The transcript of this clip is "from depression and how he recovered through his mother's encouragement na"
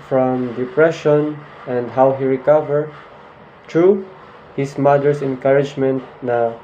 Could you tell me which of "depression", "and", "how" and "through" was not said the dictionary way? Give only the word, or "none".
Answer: through